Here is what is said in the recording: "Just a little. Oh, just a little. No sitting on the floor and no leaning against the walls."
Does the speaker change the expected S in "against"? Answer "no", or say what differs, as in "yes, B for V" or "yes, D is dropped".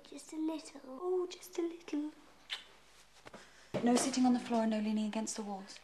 no